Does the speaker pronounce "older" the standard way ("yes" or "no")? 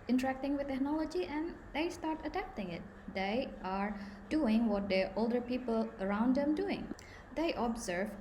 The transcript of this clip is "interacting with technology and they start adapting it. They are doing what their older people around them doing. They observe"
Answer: yes